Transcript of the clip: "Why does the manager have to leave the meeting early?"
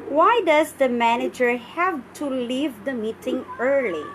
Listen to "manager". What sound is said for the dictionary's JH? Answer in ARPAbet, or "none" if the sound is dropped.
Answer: JH